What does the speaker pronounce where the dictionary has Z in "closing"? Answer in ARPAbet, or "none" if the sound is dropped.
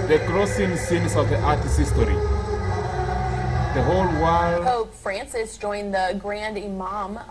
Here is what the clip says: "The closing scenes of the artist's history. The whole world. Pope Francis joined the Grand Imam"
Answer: S